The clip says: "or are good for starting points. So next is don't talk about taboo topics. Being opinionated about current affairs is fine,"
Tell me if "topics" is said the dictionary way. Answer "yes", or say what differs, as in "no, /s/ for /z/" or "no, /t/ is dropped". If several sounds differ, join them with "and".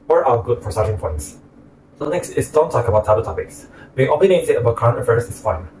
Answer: yes